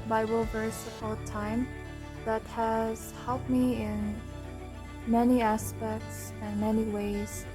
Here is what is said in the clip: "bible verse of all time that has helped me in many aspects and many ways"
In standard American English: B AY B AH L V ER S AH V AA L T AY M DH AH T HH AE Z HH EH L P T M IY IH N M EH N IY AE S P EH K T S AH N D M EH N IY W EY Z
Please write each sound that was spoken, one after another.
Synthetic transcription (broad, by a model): B AY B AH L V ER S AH P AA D T AY M DH AH T HH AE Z HH EH L P T M IY IH N M EH N IY AE S P EH K T S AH N M EH N IY W EY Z